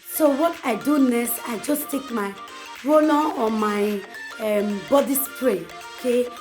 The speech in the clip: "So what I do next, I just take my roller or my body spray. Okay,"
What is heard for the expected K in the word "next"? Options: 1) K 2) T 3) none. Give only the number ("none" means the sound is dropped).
3